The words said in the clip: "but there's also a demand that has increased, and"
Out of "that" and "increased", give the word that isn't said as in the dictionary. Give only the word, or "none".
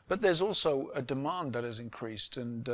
none